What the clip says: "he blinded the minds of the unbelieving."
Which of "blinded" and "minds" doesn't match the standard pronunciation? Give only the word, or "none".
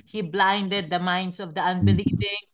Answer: minds